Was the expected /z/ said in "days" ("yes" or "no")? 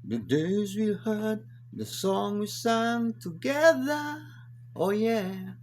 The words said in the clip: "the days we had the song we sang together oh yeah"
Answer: yes